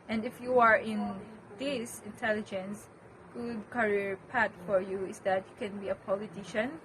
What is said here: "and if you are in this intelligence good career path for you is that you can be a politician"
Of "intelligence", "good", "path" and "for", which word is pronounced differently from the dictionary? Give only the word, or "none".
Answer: path